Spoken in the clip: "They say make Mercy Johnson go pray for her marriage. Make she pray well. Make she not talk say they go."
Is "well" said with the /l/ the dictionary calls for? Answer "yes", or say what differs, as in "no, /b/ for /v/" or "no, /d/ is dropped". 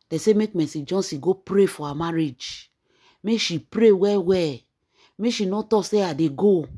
no, /w/ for /l/